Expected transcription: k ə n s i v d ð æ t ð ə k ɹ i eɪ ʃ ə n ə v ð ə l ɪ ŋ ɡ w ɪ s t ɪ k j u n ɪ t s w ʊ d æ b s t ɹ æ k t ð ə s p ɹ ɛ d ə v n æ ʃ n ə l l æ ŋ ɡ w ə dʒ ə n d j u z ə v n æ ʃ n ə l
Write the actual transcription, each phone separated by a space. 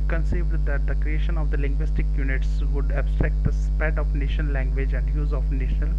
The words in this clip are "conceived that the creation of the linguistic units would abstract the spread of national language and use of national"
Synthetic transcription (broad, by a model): k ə n s i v d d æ t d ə k ɹ i eɪ ʃ ə n ə v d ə l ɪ ŋ ɡ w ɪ s t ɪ k j u n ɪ t s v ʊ d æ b s t ɹ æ k t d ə s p ɛ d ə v n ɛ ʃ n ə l l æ ŋ ɡ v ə dʒ ə n d j u z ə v n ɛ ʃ n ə l